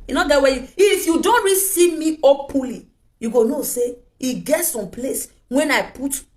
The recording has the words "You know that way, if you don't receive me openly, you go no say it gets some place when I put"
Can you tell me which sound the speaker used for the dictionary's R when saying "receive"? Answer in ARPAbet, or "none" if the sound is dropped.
R